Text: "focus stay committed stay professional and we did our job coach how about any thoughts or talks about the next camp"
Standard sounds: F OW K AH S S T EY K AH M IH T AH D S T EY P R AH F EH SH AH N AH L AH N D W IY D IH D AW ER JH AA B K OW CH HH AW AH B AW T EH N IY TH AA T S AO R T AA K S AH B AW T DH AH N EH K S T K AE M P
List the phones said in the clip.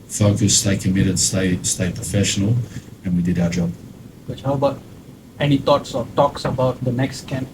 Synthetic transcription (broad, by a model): F OW K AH S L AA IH K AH M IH T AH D S T EY P R AH F EH SH AH N AH L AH N W IY D IH D AW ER JH AA B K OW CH HH AW AH B AW T EH N IY T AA T S AO R T AA K S AH B AW T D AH N EH K S T K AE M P